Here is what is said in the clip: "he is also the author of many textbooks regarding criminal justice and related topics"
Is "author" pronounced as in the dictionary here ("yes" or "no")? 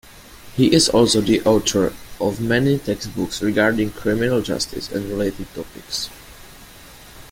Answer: no